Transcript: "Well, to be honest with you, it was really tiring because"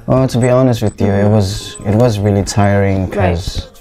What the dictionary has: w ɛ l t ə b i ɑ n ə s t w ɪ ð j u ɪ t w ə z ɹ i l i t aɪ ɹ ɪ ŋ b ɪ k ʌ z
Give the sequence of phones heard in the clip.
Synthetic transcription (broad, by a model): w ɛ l t ə b i ɑ n ə s t w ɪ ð j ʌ ɪ t w ə z ɹ i l i t aɪ ɹ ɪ ŋ k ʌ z